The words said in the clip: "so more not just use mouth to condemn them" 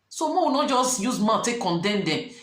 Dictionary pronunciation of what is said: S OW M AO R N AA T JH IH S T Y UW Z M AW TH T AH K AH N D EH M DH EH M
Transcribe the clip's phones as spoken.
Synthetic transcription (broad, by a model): S OW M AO W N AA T JH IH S Y UW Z M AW T AH K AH N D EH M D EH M